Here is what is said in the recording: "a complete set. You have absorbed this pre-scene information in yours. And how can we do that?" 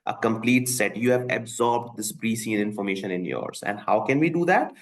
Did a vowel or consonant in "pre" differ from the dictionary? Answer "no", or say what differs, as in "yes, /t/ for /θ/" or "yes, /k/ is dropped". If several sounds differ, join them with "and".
yes, /b/ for /p/